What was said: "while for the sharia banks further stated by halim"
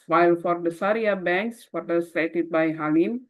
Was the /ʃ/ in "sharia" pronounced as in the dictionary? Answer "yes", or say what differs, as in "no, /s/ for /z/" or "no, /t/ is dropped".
no, /s/ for /ʃ/